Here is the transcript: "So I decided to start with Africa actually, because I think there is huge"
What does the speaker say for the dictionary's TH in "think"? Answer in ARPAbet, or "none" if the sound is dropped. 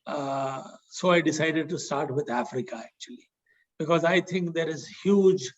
T